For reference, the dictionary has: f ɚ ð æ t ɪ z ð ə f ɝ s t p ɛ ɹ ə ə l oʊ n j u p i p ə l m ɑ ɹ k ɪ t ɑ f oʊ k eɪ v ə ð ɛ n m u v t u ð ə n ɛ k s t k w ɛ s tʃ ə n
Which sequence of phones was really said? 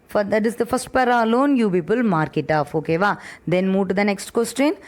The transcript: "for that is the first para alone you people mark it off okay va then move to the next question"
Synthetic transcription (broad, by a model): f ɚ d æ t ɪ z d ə f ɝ s t p ɛ ɹ ə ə l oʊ n j u p i p ə l m ɑ ɹ k ɪ t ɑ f oʊ k eɪ v ə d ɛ n m u v t u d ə n ɛ k s t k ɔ s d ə n